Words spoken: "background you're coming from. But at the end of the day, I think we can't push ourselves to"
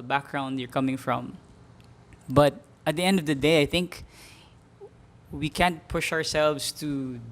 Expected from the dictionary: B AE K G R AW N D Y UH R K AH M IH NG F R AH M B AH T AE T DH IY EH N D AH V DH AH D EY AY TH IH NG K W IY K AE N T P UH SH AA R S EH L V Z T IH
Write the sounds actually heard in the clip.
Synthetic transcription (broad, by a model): B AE K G R AW N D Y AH R K AH M IH NG F R AH M B AH T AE T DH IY EH N D AH V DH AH D EY AY TH IH NG K W IY K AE N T P UH SH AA R S EH L V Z T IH